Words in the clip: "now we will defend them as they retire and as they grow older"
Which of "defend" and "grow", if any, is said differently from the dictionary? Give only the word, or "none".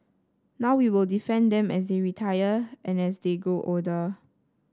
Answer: grow